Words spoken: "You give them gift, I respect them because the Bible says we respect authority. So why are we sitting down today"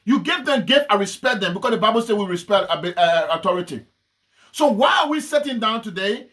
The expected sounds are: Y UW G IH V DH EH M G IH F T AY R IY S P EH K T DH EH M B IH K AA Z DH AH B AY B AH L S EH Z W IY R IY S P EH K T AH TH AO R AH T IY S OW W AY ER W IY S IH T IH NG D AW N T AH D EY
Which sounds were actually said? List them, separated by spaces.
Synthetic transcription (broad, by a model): Y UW G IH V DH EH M G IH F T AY R IY S P EH K T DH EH M B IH K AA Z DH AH B AY B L S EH W IY R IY S P EH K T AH T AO R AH T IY S OW W AY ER W IY S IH T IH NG D AW N T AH D EY